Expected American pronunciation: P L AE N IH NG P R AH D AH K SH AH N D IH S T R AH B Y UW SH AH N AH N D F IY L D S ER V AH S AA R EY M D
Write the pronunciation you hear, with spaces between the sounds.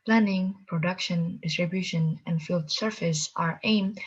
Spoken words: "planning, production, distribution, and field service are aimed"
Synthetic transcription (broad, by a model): P L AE N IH NG P R AH D AH K SH AH N D IH S T R AH B Y UW SH AH N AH N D F IY L D S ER F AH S AA R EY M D